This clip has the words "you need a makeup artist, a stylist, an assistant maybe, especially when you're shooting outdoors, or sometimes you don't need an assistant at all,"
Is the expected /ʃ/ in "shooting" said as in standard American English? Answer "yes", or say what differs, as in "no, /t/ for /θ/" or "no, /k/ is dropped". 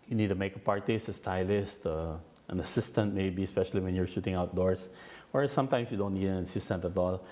yes